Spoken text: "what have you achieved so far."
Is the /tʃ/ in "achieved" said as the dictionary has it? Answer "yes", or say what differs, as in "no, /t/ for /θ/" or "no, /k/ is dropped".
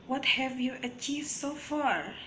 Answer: yes